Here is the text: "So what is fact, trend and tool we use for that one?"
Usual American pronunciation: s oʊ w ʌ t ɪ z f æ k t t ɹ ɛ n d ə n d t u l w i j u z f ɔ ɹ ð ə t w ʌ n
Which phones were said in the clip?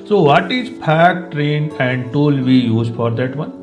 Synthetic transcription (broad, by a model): s oʊ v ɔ t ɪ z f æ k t t ɹ ɛ n ə n d t u l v i j u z f ɔ ɹ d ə t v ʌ n